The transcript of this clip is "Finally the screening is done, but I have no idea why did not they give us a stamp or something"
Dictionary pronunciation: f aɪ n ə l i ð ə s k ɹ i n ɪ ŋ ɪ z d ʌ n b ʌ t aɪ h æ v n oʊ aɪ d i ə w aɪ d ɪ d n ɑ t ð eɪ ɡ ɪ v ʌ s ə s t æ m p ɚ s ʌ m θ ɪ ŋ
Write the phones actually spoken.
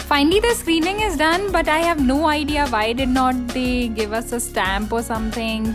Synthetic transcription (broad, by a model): f aɪ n l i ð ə s k ɹ i n ɪ ŋ ɪ z d ʌ n b ʌ t aɪ h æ v n oʊ aɪ d i ə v aɪ d ɪ d n ɑ t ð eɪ ɡ ɪ v ʌ s ə s t æ m p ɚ s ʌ m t ɪ ŋ